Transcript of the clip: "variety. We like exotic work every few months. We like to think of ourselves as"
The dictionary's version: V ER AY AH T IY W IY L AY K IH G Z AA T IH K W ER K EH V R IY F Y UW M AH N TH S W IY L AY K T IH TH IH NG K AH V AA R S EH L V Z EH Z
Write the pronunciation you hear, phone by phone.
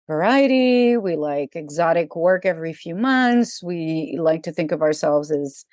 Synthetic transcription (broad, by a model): V ER AY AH T IY W IY L AY K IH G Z AA T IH K W ER K EH V R IY F Y UW M AH N TH S W IY L AY K T IH TH IH NG K AH V AA R S EH L V Z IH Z